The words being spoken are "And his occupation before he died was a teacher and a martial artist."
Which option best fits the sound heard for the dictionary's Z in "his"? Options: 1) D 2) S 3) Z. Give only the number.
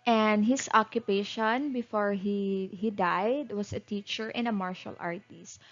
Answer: 2